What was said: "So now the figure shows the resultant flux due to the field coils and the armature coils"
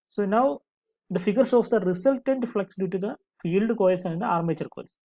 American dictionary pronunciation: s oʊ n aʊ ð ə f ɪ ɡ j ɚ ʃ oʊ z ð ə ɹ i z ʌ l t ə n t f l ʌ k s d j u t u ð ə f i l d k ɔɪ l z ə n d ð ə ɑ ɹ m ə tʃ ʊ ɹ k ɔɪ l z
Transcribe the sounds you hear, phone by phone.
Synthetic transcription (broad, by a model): s oʊ n aʊ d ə f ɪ ɡ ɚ s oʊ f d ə ɹ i s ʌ l t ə n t f l ʌ k s d j u t u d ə f i l d k ɔɪ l s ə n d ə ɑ ɹ m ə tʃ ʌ ɹ k ɔɪ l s